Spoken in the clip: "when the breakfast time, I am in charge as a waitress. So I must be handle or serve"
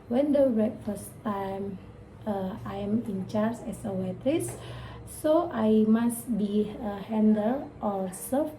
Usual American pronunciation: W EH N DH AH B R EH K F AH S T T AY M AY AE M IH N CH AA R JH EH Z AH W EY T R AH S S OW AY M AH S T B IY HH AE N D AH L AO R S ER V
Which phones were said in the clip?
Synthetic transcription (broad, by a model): W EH N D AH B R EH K F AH S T T AY M AY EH M IH N CH AA R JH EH S AH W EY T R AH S S OW AY M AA S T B IY HH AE N D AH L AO L S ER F